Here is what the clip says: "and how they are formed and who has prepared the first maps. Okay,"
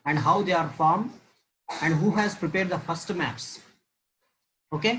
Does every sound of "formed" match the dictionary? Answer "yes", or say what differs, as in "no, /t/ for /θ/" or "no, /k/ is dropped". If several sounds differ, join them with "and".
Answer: no, /d/ is dropped